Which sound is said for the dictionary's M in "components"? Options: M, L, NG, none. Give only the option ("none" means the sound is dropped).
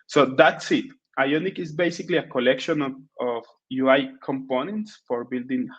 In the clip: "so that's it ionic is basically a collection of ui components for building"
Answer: M